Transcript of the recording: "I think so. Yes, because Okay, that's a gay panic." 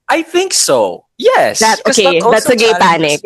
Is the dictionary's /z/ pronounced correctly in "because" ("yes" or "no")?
no